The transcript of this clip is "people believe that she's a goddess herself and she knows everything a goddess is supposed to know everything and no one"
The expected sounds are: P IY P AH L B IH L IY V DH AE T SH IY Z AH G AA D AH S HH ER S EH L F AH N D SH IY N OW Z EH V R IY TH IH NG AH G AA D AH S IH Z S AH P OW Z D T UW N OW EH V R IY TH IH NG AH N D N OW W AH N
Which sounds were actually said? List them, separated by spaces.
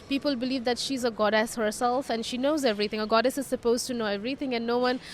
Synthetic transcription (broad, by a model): P IY P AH L B IH L IY V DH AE T SH IY Z AH G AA D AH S HH ER S EH L F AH N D SH IY N OW Z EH V R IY T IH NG AH G AA D AH S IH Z S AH P OW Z T UW N OW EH V R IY T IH NG AH N D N OW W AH N